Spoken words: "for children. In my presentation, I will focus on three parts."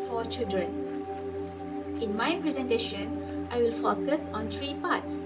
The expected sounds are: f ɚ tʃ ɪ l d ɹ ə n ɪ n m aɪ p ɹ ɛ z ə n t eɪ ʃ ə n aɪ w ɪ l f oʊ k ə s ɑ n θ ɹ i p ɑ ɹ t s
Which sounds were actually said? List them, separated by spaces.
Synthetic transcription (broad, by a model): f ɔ tʃ ɪ l d ɹ ə n ɪ n m aɪ p ɹ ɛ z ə n t eɪ ʃ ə n aɪ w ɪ l f oʊ k ə s ɑ n t ɹ i p ɑ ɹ t s